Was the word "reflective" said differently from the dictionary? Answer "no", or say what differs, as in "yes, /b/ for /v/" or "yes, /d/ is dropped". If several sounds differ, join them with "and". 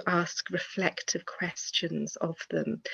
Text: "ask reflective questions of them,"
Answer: no